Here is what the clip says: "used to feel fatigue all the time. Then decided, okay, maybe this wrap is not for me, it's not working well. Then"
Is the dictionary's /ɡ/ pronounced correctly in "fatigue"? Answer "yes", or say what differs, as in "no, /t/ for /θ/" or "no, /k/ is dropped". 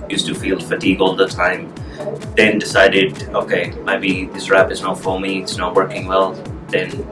yes